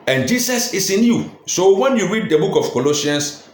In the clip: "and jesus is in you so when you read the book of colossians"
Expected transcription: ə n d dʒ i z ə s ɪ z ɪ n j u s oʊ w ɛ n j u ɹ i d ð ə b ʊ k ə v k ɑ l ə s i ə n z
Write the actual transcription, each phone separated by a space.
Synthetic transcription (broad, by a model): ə n dʒ i s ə s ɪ s ɪ n j u s oʊ w ɛ n j u ɹ i d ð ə b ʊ k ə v k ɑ l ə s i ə n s